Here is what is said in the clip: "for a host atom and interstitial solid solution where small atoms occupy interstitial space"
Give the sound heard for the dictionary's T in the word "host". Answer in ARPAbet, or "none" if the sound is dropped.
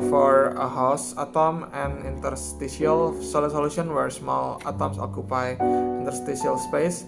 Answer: none